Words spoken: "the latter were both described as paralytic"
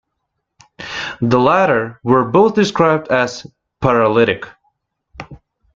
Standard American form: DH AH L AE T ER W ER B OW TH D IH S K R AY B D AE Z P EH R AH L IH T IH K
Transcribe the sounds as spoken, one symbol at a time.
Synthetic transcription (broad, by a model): DH AH L AE T ER W ER B OW TH D IH S K R AY B D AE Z P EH R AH L IH T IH K